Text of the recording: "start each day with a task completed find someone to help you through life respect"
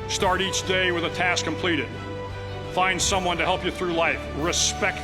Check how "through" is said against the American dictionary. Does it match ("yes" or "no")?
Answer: yes